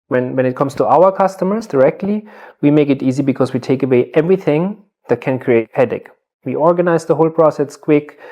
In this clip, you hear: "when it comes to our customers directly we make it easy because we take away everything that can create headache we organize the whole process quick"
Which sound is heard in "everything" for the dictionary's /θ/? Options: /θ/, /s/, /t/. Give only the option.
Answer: /θ/